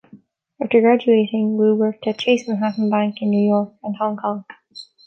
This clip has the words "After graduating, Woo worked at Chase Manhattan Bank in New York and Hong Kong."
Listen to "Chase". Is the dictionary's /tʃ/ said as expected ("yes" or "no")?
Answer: yes